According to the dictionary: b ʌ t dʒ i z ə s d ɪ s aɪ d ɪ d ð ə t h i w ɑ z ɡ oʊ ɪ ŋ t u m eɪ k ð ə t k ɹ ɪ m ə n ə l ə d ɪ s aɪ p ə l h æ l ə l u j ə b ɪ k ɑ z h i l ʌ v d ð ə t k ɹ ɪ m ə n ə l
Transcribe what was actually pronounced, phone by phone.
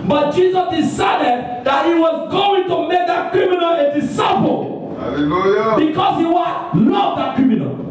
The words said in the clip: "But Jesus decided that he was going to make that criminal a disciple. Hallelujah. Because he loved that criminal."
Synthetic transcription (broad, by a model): b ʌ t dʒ i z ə s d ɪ s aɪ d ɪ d ð ə t h i w ɑ z ɡ oʊ ɪ ŋ t u m eɪ k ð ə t k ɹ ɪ m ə n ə l ə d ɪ s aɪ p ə l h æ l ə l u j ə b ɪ k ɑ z h i w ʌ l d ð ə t k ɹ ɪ m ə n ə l